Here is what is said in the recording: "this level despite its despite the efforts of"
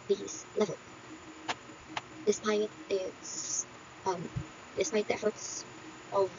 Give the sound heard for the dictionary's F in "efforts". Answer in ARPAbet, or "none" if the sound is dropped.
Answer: F